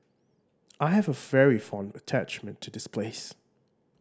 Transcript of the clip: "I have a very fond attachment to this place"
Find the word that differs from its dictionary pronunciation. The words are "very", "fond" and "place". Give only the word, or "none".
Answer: none